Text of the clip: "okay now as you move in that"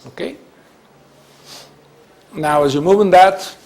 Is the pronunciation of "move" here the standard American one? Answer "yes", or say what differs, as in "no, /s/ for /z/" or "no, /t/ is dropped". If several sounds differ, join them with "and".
no, /b/ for /v/